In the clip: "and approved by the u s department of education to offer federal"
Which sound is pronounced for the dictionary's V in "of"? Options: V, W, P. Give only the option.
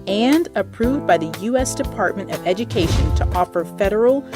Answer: V